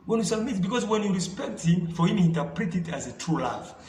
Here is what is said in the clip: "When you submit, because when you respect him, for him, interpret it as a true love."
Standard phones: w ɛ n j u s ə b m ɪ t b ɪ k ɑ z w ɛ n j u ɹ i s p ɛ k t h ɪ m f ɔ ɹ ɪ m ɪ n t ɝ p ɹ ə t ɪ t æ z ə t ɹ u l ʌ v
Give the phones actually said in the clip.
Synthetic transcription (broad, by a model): w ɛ n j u s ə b m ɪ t b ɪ k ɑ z w ɛ n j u ɹ i s p ɛ k t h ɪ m f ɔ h ɪ m ɪ n t ɝ p ɹ ə t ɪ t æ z ə t ɹ u l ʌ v